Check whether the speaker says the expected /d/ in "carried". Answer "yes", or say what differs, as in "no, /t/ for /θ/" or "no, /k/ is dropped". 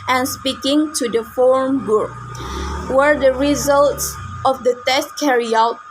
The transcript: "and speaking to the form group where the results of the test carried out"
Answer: no, /d/ is dropped